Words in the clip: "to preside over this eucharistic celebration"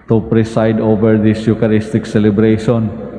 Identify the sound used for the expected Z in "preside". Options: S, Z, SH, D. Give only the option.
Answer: S